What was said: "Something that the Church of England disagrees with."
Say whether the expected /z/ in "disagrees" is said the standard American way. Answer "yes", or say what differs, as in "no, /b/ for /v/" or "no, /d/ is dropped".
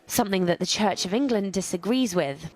yes